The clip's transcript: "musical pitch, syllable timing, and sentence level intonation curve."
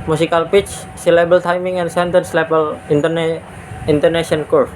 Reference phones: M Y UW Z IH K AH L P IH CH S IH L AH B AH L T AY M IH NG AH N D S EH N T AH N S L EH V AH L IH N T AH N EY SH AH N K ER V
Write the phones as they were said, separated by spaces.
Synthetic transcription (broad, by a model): M UW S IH K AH L P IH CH S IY L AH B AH L T AY M IH NG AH N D S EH N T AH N S L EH P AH L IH N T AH N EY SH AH N K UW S